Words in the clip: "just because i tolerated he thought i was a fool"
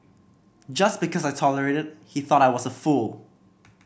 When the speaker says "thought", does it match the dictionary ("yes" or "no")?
yes